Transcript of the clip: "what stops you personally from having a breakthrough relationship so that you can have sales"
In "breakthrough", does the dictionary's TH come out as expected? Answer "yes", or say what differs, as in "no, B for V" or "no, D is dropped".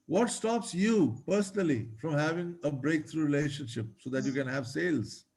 no, T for TH